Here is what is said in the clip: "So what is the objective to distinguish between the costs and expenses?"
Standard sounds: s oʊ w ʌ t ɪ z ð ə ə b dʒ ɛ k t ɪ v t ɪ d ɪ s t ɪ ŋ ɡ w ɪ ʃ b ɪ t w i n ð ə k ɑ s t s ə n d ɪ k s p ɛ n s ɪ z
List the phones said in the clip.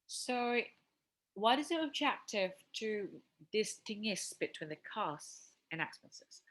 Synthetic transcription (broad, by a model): s oʊ w ʌ t ɪ z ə ə b dʒ ɛ k t ɪ v t ɪ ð ɪ s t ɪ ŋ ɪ s b ɪ t w i n ð ə k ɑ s s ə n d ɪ k s p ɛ n s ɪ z